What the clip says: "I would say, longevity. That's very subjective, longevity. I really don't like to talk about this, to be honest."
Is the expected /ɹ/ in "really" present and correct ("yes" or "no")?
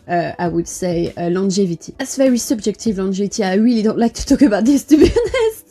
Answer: no